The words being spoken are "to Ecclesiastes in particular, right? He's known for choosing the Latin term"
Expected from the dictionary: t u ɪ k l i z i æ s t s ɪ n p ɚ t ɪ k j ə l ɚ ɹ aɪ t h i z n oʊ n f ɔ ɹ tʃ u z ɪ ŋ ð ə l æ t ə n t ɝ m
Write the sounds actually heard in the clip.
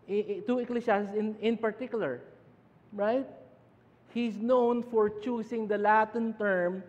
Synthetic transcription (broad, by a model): t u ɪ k l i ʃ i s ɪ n ɪ n p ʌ t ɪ k j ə l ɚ ɹ aɪ t h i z n oʊ n f ɔ ɹ tʃ u s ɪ ŋ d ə l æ t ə n t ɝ m